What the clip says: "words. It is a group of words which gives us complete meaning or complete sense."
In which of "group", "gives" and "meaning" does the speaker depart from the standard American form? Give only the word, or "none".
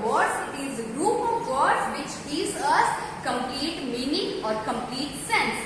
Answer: gives